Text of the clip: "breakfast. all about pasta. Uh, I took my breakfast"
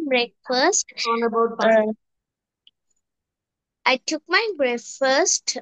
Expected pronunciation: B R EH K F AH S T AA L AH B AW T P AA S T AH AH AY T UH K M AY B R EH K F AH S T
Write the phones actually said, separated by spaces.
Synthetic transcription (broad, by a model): B R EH K F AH S T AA N AH B AW T B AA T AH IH T UH K M AY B R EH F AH S T